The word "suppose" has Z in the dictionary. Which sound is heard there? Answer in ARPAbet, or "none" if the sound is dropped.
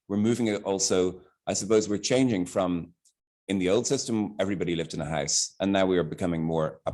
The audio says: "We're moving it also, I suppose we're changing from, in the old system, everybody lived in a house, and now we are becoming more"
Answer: Z